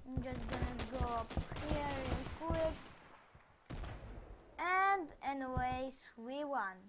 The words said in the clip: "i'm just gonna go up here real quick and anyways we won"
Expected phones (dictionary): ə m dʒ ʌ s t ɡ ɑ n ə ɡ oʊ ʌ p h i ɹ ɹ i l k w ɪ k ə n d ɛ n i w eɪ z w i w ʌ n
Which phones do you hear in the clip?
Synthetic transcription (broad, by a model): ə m dʒ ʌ s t ɡ ɑ n ə ɡ oʊ ʌ p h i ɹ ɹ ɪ n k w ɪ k ə n d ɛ n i w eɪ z w i w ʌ n